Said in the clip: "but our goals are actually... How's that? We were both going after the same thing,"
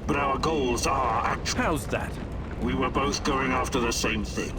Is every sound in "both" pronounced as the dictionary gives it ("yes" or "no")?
yes